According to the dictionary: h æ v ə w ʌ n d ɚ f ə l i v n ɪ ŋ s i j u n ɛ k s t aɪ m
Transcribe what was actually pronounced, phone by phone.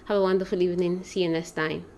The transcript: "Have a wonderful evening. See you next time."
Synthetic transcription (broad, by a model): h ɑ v ə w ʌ n d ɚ f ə l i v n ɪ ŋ s i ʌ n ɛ s t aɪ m